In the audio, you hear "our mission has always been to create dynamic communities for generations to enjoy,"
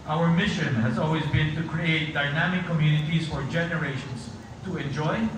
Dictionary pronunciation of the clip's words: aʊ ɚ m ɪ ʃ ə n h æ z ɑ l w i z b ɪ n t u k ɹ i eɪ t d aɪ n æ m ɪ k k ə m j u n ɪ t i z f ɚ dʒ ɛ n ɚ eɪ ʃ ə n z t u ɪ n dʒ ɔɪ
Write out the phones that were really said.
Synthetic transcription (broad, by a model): aʊ ɚ m ɪ ʃ ə n h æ z ɑ l w i z b ɪ n t u k ɹ i eɪ t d aɪ n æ m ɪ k k ə m j u n ɪ t i z f ɚ dʒ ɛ n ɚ eɪ ʃ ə n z t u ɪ n dʒ ɔɪ